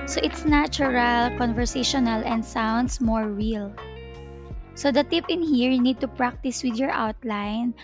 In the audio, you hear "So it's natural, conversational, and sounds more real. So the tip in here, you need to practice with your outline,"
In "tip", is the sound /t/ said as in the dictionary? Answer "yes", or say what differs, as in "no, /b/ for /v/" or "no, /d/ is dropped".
yes